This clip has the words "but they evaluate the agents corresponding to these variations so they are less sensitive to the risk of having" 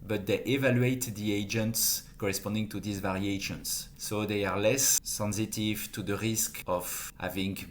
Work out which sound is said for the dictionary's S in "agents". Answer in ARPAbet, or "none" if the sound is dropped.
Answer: S